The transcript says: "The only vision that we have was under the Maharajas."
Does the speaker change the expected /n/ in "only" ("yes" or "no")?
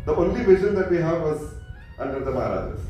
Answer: no